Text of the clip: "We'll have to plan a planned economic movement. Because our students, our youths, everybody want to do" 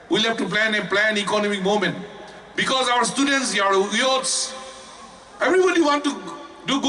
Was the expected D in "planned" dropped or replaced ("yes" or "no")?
yes